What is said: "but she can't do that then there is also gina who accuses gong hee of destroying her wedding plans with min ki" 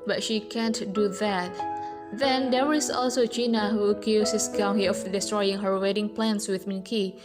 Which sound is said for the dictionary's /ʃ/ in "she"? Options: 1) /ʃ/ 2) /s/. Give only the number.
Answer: 1